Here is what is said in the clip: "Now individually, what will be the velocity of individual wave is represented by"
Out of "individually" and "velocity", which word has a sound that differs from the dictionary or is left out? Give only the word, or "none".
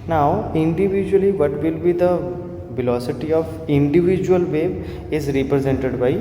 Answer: none